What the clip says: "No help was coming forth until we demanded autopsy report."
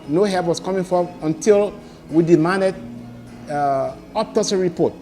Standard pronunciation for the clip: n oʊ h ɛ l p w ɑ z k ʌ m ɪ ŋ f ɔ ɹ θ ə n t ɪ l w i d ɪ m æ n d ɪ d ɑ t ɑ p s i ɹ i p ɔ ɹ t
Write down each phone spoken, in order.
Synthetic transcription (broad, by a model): n oʊ h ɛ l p w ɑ s k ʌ m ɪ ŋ f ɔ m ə n t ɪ l w i d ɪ m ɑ n d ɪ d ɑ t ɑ s ɹ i p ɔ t